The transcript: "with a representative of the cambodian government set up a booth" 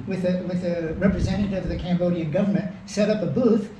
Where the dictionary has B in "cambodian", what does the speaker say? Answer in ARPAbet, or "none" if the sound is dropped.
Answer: B